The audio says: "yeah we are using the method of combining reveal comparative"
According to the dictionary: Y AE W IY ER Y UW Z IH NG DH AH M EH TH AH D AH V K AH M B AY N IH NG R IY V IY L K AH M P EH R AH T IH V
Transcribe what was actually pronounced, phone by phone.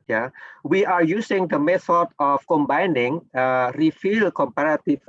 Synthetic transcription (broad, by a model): Y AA W IY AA Y UW S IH NG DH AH M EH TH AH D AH F K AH M B AY N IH NG R IY F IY L K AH M P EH R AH T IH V